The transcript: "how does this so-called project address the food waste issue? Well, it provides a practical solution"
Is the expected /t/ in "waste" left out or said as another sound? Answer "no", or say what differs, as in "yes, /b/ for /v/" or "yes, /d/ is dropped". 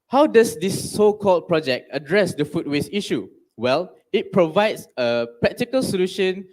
yes, /t/ is dropped